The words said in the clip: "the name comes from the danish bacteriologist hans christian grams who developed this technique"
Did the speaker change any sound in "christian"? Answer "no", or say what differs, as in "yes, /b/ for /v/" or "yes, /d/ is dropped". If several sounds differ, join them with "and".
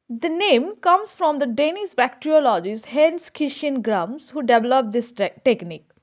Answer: yes, /ɹ/ is dropped